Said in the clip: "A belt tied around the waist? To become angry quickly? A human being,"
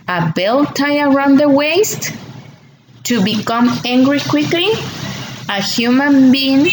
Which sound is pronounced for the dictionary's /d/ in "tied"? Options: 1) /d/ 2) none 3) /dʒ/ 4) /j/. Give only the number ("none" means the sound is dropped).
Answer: 2